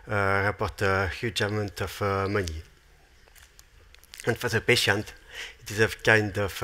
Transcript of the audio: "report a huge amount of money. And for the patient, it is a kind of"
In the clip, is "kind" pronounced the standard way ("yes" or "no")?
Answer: yes